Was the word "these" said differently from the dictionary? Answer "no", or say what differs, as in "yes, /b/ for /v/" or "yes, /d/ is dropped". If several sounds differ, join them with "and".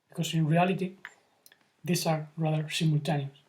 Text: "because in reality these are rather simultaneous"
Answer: yes, /s/ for /z/